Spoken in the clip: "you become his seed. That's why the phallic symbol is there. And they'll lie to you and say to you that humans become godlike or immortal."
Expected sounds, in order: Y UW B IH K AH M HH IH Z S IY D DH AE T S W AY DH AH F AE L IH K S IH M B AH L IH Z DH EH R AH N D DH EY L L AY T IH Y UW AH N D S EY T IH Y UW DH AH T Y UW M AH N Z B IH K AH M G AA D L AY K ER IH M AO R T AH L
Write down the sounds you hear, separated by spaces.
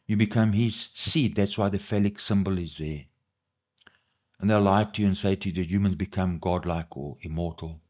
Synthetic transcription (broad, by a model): Y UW B IH K AH M HH IH Z S IY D DH AE T S W AY DH AH F AE L IH K S IH M B AH L IH Z DH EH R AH N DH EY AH L AY T IH Y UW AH N S EY T IH Y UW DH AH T Y UW M AH N Z B IH K AH M G AA D L AY K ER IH M AO R T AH L